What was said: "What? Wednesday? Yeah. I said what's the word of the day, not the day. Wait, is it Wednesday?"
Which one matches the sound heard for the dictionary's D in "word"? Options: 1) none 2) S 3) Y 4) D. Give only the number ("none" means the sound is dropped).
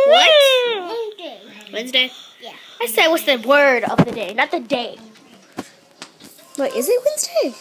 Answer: 4